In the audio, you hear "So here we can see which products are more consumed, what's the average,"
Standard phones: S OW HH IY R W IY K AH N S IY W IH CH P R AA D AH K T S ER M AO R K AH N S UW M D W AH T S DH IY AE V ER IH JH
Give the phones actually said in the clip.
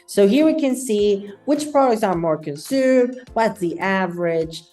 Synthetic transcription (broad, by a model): S OW HH IY R W IY K AH N S IY W IH CH P R AA D AH K T S ER M AO R K AH N S UW M D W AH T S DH IY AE V ER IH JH